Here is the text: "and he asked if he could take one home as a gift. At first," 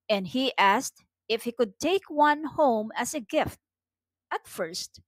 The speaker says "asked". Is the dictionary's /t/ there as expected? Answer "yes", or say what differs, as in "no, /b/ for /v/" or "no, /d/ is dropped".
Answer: yes